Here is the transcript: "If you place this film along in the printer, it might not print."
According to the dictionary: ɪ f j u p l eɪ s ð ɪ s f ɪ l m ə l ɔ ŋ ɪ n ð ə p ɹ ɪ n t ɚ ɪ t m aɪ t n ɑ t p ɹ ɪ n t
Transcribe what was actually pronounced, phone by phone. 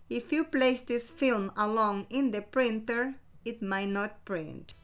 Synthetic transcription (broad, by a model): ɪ f j u p l eɪ s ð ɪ s f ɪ l m ə l ɔ ŋ ɪ n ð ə p ɹ ɪ n t ɚ ɪ t m aɪ t n ɑ t p ɹ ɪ n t